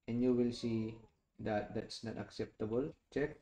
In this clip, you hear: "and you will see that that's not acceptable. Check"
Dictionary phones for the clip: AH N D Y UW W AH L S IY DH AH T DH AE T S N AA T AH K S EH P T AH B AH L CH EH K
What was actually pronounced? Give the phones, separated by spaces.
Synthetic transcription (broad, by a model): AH N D Y UW W AH L S IY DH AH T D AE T S N AA T AH K S EH P T AH B AH L CH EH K